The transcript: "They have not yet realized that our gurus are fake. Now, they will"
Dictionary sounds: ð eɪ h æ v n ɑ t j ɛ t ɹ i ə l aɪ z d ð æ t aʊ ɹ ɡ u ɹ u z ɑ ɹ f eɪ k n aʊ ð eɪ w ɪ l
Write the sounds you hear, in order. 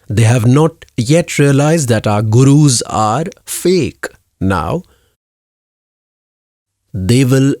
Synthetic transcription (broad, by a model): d eɪ h æ v n ɑ t j ɛ t ɹ i ə l aɪ z d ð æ t aʊ ɹ ɡ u ɹ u z ɑ ɹ f eɪ k n aʊ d eɪ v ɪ l